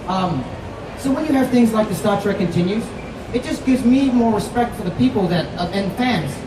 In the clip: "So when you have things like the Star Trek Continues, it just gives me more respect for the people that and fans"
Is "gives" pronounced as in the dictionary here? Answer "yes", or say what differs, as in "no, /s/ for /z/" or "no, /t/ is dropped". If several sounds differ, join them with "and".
yes